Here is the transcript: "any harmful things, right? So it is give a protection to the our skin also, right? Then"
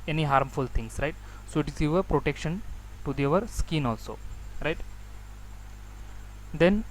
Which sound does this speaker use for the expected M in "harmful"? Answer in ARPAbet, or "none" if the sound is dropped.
M